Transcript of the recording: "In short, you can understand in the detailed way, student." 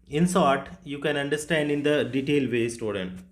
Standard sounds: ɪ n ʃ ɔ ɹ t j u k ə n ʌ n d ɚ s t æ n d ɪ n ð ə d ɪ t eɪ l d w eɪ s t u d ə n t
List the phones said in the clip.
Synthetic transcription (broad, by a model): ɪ n s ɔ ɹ t j u k ə n ʌ n d ɚ s t æ n d ɪ n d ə d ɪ t eɪ l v eɪ s t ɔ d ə n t